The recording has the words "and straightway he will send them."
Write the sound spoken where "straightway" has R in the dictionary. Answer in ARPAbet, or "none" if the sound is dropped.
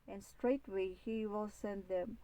R